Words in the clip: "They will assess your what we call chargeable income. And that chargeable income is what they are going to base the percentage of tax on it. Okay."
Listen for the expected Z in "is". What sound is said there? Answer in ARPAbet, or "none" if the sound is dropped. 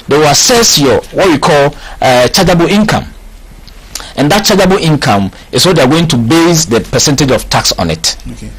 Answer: S